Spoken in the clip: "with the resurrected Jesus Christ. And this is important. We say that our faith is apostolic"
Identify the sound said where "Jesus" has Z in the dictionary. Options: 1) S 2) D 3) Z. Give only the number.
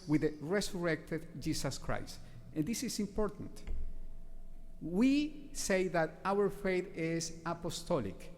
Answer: 1